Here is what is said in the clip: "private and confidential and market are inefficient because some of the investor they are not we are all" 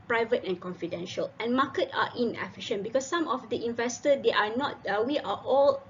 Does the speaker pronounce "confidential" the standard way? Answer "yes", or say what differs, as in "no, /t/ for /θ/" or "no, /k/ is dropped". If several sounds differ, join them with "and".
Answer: yes